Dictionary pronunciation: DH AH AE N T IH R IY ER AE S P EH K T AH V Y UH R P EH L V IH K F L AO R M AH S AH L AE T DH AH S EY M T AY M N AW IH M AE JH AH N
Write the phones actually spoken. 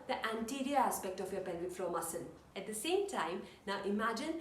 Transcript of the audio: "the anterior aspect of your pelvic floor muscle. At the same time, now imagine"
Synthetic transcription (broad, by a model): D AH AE N T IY R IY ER AE S P EH K T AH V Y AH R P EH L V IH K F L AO M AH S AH N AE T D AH S EY M T AY M N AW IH M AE JH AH N